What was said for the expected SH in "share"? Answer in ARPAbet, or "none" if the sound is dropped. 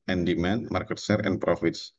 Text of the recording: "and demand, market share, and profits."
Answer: S